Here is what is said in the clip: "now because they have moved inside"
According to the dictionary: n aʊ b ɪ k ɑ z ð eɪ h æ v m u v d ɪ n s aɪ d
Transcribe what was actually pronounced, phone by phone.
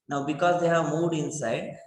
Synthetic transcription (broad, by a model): n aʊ b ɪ k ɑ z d eɪ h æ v m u d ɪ n s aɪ d